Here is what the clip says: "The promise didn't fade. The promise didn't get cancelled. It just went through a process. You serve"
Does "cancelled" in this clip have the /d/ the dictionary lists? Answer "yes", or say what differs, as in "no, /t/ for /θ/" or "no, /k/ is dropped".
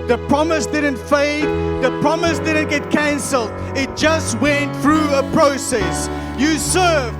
yes